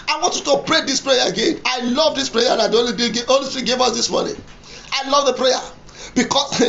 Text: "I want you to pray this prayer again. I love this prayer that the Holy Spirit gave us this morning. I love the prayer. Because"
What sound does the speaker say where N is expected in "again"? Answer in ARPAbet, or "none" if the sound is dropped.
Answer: N